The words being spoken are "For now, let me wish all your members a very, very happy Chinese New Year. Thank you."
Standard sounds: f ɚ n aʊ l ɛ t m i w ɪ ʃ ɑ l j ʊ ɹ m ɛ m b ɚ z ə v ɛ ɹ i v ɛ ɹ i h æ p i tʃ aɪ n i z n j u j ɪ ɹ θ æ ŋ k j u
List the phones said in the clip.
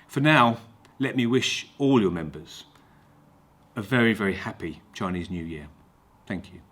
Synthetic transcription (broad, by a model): f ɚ n aʊ l ɛ t m i w ɪ ʃ ɑ l j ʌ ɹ m ɛ m b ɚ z ə v ɛ ɹ i v ɛ ɹ i h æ p i tʃ aɪ n i z n j u j ɪ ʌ θ æ ŋ k j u